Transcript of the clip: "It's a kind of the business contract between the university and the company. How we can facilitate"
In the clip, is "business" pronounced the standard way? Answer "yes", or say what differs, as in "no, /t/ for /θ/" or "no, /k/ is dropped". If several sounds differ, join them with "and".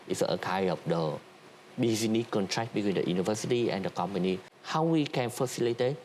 no, /s/ is dropped